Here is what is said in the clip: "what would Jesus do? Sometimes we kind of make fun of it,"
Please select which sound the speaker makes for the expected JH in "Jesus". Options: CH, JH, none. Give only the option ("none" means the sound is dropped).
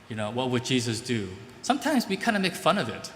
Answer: JH